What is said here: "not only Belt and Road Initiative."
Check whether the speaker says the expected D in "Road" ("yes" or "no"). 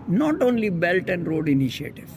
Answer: yes